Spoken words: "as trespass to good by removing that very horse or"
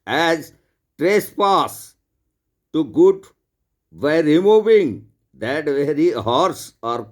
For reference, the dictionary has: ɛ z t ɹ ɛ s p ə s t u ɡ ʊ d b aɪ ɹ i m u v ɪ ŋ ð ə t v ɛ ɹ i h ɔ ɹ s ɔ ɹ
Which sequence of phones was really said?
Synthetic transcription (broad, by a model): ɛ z t ɹ ɛ s p ə s t u ɡ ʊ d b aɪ ɹ i m u v ɪ ŋ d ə t v ɛ ɹ i h ɔ ɹ s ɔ ɹ